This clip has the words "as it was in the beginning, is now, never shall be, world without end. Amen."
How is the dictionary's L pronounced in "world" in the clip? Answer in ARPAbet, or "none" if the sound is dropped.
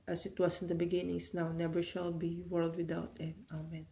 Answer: L